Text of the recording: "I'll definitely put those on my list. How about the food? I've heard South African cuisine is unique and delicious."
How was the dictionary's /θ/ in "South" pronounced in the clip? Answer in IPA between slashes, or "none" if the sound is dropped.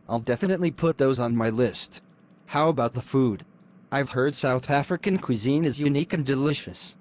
/θ/